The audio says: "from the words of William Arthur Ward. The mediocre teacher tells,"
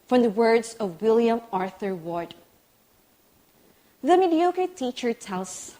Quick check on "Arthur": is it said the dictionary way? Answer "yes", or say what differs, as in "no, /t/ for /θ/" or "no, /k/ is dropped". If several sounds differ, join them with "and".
yes